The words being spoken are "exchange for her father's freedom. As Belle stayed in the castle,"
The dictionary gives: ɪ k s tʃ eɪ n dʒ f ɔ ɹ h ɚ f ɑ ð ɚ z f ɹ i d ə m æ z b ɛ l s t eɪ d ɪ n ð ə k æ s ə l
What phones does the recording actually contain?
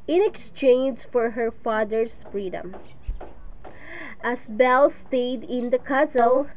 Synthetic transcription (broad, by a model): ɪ k s tʃ eɪ n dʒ f ɔ ɹ h ɚ f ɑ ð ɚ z f ɹ i d ə m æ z b ɛ l s t eɪ d ɪ n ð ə k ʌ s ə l